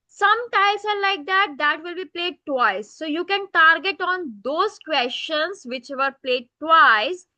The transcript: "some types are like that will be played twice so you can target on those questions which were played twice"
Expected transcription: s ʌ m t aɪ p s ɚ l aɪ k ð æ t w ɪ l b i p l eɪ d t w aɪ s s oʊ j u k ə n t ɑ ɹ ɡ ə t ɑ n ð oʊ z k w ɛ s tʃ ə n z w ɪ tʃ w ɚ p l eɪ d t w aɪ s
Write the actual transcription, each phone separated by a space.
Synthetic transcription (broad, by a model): s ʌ m t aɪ s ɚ l aɪ k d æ t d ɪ l b i p l eɪ d t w aɪ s s oʊ j u k ə n t ɑ ɹ ɡ ə t ɑ n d oʊ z k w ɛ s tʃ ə n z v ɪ tʃ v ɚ p l eɪ d t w aɪ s